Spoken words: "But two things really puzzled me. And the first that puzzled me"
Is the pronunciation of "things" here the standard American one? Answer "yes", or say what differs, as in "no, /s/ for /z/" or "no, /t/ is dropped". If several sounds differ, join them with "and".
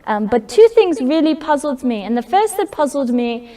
yes